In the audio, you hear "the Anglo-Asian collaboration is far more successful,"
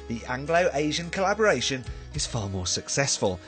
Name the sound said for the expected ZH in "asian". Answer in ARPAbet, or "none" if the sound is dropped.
ZH